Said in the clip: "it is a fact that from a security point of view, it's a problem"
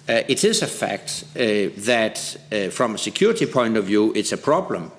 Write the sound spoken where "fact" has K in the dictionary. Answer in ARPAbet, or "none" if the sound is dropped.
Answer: K